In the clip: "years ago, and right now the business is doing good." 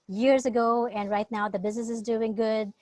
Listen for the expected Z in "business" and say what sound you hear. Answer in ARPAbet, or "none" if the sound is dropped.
Z